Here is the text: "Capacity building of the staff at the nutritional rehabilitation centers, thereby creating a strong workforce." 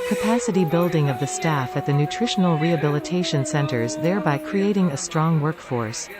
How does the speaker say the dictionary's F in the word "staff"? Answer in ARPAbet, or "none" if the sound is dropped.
F